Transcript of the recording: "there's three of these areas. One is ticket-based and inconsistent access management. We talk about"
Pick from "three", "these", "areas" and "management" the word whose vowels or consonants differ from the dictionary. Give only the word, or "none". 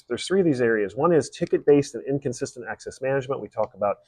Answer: none